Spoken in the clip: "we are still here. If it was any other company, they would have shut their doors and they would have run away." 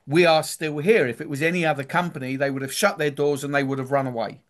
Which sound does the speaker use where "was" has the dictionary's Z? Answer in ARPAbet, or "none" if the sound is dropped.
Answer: Z